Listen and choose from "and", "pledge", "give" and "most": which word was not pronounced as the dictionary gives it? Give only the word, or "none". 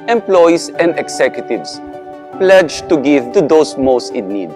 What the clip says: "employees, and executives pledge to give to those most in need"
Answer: none